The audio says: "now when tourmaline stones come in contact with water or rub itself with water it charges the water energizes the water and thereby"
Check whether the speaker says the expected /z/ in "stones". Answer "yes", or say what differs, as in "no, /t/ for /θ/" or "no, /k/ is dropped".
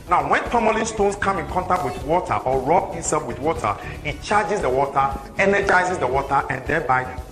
no, /s/ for /z/